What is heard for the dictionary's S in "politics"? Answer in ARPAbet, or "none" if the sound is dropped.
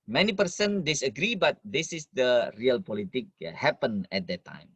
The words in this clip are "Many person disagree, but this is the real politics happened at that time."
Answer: none